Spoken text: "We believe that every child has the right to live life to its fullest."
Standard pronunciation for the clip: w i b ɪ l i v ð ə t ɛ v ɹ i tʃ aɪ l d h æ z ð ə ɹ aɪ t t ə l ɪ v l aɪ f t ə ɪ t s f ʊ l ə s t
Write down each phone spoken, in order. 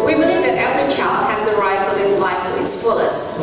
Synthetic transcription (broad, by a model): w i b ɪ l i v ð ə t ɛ ɹ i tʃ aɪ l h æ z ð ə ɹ aɪ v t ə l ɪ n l aɪ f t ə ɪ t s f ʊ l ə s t